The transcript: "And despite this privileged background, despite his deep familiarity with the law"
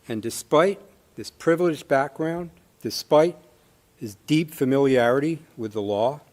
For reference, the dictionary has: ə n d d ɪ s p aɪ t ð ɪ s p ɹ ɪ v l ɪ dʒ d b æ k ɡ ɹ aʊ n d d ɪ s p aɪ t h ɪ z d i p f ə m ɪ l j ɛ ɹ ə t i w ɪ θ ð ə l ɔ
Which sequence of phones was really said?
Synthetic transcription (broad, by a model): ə n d d ɪ s p aɪ t ð ɪ s p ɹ ɪ v l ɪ dʒ b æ k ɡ ɹ aʊ n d d ɪ s p aɪ t h ɪ z d i p f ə m ɪ l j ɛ ɹ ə t i w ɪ ð ə l ɔ